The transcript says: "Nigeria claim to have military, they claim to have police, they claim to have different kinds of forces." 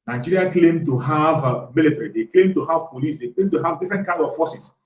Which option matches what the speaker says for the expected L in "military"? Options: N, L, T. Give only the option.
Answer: L